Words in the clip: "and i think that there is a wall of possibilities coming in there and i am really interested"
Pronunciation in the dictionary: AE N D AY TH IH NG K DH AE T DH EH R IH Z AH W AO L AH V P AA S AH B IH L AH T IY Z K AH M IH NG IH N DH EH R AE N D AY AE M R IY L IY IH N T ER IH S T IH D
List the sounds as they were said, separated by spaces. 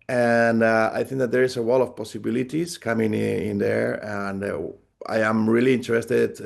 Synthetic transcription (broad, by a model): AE N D AY TH IH NG K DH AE T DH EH R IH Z AH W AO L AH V P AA S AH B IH L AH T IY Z K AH M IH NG IH N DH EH R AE N D AY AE M R IY L IY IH N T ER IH S T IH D